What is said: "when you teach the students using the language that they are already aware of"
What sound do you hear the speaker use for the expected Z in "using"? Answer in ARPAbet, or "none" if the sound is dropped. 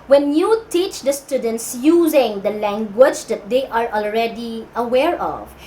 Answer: Z